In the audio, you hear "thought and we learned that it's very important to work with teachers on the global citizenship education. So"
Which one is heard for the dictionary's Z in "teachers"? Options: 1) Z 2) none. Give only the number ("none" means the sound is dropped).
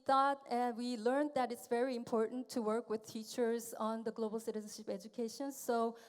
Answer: 1